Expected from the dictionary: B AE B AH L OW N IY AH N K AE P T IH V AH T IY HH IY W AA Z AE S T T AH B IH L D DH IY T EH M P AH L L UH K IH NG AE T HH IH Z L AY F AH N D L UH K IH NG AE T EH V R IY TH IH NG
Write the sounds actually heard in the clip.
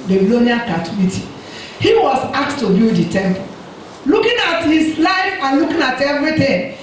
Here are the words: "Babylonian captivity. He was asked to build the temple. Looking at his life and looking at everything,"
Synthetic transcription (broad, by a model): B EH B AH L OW N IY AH K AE T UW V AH T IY HH IY W AA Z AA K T T AH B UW D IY T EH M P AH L L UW K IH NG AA T HH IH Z L AY F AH N L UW K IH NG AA T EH V R IY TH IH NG